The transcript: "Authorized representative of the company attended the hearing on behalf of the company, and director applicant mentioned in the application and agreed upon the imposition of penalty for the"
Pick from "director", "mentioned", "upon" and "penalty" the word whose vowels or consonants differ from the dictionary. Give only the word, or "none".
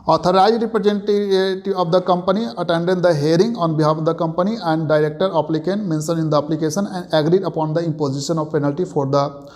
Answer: mentioned